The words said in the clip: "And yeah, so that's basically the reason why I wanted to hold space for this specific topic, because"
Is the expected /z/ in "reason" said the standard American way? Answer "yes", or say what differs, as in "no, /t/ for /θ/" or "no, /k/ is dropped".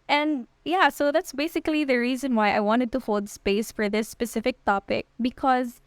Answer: yes